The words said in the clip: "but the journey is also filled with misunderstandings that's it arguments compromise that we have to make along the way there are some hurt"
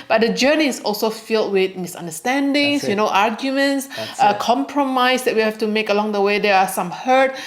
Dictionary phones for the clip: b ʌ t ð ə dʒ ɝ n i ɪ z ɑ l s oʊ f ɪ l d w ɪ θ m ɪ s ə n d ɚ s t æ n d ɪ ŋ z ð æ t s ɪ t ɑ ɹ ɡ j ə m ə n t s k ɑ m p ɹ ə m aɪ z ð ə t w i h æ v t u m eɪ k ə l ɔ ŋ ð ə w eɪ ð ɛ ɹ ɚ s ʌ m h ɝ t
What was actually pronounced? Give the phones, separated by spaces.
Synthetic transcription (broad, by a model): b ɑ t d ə dʒ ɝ n i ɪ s ɑ l s oʊ f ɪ l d w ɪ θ m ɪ s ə n d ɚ s t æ n d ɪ ŋ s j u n ɪ t ɑ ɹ ɡ j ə m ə n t s k ɑ m p ɹ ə m aɪ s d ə t w i h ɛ f t u m eɪ k ə l ɔ ŋ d ə w eɪ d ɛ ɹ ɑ s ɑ m h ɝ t